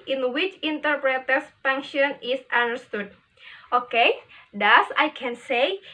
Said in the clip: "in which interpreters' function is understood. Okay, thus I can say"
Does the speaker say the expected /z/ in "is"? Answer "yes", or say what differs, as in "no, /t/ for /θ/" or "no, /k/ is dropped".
no, /s/ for /z/